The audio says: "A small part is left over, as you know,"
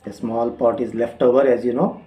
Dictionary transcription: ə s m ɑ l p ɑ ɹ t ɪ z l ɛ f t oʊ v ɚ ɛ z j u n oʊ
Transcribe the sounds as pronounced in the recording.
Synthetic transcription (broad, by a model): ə s m ɑ l p ɑ ɹ t ɪ z l ɛ f t oʊ v ɚ ɛ z j u n oʊ